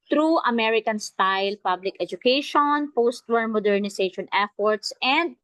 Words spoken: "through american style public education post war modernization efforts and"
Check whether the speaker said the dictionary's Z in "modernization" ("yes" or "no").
no